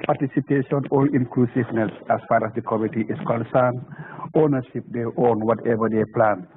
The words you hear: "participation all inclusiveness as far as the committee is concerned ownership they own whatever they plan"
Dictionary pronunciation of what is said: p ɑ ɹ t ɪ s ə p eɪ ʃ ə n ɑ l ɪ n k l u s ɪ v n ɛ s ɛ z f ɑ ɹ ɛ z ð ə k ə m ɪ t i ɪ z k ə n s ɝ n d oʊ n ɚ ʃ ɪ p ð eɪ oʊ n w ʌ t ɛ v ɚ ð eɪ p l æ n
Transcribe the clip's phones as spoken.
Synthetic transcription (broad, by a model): p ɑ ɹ t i s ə p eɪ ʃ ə n ɑ l ɪ n k l u s ɪ v n ɛ s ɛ s f ɑ ɹ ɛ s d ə k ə m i t i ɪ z k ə n s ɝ n oʊ n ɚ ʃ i p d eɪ oʊ n w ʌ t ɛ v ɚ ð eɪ p l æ n